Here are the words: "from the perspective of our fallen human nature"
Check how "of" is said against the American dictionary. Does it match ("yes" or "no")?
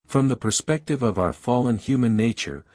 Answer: yes